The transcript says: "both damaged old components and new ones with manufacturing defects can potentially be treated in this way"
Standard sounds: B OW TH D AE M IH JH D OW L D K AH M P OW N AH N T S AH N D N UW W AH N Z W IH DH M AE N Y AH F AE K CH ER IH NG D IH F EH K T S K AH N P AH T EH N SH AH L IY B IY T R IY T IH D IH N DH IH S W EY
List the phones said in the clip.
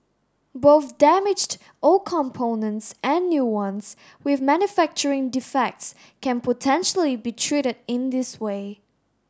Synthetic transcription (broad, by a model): B OW TH D AE M IH JH D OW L K AH M P OW N AH N T S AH N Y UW W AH N S W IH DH M AE N Y AH F AE K CH ER IH NG D IH F EH K T S K AH N P AH T EH N SH AH L IY B IY T R IY T IH D IH N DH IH S W EY